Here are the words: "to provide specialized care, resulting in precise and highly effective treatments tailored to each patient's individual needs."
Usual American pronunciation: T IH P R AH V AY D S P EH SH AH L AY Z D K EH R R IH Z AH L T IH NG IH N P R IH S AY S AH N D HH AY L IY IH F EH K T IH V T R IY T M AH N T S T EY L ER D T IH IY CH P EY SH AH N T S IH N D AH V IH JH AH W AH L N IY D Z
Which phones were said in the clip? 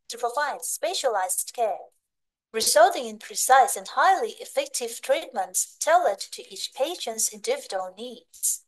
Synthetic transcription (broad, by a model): T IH P R AH V AY D S P EH SH AH L AY Z D K EH R R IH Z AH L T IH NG IH N P R IH S AY S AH N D HH AY L IY IH F EH K T IH V T R IY T M AH N T S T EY L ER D T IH IY CH P EY SH AH N T S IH N D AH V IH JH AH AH L N IY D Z